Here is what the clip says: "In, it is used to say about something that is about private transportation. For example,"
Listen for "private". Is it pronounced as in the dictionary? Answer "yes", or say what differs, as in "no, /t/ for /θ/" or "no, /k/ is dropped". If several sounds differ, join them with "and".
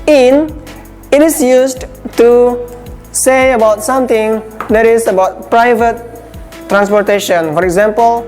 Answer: yes